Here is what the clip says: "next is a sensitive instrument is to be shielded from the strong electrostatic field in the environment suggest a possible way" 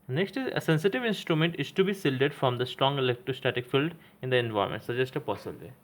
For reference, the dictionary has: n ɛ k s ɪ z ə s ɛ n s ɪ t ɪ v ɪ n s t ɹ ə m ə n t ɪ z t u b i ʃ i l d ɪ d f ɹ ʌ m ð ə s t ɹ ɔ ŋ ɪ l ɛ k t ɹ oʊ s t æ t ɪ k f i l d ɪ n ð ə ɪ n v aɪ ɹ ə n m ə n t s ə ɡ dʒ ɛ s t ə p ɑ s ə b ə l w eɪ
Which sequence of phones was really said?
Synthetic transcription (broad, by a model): n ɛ k s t ə s ɛ n s ɪ t ɪ v ɪ n s t ɹ ə m ə n t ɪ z t u b i s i l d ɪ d f ɹ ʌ m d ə s t ɹ ɔ ŋ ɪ l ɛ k t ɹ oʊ s t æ t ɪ k f i l d ɪ n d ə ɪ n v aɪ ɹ m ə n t s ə dʒ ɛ s t ə p ɑ s ə b ə l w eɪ